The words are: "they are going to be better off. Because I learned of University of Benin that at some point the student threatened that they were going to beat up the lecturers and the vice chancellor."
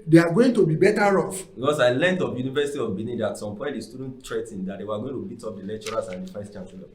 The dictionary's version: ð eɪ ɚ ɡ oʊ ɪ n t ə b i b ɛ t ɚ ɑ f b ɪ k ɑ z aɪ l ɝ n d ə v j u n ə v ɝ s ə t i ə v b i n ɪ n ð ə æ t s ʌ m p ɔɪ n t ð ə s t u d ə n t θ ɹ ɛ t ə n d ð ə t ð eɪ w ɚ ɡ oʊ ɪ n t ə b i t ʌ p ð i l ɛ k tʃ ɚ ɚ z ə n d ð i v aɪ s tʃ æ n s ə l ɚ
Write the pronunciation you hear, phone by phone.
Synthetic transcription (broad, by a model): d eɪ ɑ ɡ oʊ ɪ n t ə b i b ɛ t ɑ ɑ f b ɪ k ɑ s aɪ l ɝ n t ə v j u n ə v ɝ s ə t i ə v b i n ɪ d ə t s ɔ m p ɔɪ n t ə s t u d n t t ɹ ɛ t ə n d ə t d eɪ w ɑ ɡ oʊ ɪ n t ə b i t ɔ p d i l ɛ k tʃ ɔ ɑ s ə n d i f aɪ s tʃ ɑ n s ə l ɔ